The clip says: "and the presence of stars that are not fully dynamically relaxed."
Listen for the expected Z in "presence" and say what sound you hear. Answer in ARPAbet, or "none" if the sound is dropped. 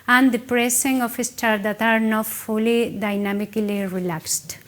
S